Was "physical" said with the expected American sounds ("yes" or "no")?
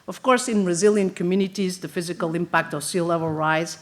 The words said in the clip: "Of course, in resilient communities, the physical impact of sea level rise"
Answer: yes